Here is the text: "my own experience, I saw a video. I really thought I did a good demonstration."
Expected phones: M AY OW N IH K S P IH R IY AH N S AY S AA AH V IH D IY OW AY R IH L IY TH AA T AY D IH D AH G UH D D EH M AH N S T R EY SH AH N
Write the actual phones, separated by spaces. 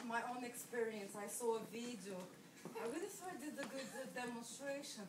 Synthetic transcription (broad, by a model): M AY OW N IH K S P IH R IY AH N S AY S AA AH V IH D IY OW AY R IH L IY S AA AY D IH D AH G UH D D EH M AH N S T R EY SH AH N